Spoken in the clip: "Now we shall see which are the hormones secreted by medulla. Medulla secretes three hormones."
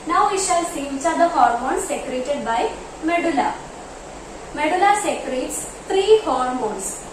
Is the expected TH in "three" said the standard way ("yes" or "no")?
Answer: no